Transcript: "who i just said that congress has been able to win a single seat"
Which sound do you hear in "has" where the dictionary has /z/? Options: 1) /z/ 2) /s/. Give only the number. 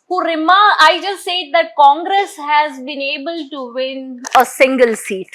1